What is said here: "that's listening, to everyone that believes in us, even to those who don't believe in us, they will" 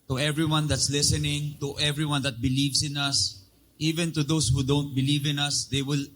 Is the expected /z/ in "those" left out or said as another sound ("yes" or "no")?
yes